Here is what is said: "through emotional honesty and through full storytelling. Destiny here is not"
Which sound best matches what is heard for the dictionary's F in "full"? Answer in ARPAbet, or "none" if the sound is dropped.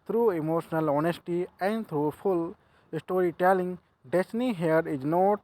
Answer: P